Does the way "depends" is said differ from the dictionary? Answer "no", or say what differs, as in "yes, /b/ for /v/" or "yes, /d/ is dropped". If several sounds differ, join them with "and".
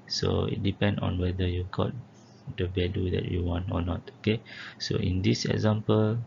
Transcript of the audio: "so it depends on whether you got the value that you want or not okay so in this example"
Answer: yes, /z/ is dropped